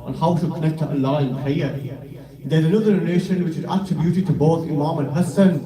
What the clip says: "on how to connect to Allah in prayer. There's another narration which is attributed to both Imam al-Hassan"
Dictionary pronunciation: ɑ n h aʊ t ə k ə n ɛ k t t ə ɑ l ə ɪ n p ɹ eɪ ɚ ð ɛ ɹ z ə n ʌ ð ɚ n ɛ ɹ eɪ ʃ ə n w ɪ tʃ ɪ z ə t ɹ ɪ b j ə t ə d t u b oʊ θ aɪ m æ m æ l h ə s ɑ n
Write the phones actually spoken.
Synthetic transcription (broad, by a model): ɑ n h aʊ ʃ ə k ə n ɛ k t t ə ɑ l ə ɪ n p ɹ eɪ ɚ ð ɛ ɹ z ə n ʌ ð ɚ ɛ l eɪ ʃ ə n w ɪ tʃ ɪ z ə t ɹ ɪ b j ə t ə d t u b oʊ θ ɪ m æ m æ n h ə s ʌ n